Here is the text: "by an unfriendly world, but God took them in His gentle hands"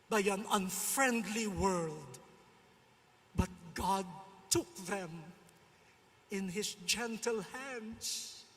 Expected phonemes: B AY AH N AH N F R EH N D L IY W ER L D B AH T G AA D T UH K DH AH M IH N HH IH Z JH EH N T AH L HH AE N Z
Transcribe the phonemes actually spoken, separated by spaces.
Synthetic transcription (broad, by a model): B AY AH N AH N F R EH N D L IY W ER L D B AH T G AA D T UH K DH AH M IH N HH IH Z JH EH N T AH L HH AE N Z